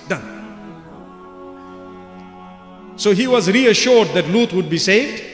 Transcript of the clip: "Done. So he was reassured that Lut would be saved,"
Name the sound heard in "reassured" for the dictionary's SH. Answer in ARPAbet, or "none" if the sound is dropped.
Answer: SH